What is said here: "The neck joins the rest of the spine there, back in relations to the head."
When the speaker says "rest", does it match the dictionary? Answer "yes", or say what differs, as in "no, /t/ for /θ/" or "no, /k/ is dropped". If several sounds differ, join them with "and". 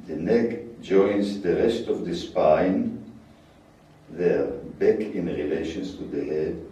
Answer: yes